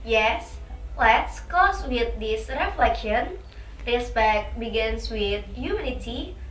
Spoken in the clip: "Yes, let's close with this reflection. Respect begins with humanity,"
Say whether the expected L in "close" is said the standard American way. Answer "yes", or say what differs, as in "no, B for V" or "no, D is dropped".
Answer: no, L is dropped